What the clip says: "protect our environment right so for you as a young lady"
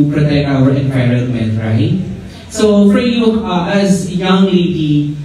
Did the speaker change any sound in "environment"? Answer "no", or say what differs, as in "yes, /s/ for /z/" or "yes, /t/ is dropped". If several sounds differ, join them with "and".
yes, /p/ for /v/